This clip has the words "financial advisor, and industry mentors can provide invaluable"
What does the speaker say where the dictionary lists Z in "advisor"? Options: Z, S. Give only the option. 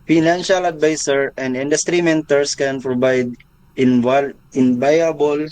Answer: S